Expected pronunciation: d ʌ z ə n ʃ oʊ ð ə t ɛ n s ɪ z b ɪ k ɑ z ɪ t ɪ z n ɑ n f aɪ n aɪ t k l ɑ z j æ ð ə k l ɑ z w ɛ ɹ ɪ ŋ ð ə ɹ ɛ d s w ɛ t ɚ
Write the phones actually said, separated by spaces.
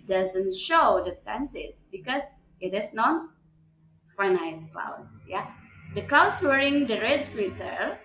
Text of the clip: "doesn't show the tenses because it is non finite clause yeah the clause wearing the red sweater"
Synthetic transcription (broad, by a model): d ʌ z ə n ʃ oʊ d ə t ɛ n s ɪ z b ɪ k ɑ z ɪ t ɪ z n ɑ n f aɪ n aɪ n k l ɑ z j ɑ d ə k l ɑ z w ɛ ɹ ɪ ŋ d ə ɹ ɛ d s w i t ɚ